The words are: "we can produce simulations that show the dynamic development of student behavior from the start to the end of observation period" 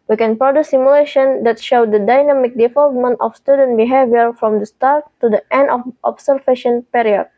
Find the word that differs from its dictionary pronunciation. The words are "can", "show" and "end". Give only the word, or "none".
none